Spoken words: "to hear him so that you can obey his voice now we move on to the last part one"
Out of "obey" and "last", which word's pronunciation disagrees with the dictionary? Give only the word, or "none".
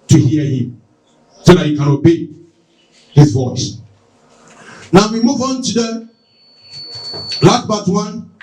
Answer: last